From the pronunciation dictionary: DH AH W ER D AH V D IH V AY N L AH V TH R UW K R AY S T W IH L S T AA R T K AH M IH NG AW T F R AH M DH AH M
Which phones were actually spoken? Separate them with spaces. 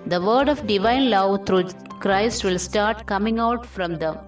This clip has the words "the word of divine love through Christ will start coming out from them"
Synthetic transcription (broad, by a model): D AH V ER D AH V D IH V AY N L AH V T R UW K R AY S T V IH L S T AA R T K AH M IH NG AW T F R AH M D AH M